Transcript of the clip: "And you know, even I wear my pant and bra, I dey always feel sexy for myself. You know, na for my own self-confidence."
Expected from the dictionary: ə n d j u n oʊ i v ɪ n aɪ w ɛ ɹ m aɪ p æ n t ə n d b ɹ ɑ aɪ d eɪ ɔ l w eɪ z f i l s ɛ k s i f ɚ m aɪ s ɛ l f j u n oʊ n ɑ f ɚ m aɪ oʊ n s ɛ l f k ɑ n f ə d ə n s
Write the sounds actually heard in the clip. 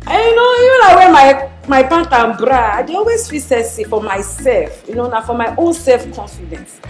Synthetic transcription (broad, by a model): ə j u n oʊ i v ɪ n aɪ w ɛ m m aɪ b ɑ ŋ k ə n b ɹ ɑ aɪ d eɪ ɔ l w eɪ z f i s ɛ s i f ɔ m aɪ s ɛ l f j u n oʊ n ɑ f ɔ m aɪ oʊ n s ɛ l f k ɑ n f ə d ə n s